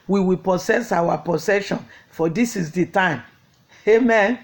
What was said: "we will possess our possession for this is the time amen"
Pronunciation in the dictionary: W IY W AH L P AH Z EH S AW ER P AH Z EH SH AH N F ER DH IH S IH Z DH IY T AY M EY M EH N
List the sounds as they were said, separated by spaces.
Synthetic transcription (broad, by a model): W IY W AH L P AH S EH S AW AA P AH S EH SH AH N F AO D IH S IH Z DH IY T AY M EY M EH N